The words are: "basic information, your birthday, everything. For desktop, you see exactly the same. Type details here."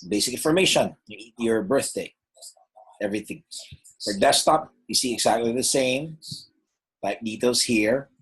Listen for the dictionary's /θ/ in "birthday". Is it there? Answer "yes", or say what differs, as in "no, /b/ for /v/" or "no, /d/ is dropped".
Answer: yes